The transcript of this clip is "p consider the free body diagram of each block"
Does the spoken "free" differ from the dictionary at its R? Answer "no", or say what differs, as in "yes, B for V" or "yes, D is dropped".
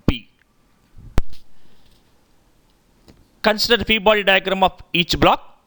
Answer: yes, R is dropped